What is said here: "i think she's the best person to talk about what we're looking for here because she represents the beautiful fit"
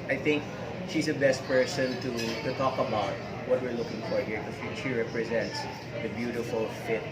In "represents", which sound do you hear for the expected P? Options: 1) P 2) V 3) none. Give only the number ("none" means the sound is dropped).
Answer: 1